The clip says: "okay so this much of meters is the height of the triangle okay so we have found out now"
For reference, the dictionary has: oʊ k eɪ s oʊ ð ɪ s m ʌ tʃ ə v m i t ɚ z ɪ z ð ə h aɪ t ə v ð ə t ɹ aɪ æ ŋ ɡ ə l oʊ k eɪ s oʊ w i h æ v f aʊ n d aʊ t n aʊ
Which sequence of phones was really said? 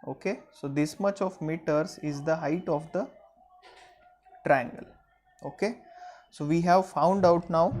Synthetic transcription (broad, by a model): oʊ k eɪ s oʊ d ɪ s m ʌ tʃ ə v m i t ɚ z ɪ z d ə h aɪ t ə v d ə t ɹ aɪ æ ŋ ɡ ə l oʊ k eɪ s oʊ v i h æ v f aʊ n d aʊ t n aʊ